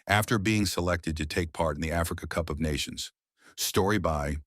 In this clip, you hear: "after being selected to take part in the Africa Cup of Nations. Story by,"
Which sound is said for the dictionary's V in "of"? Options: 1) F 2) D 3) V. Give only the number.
3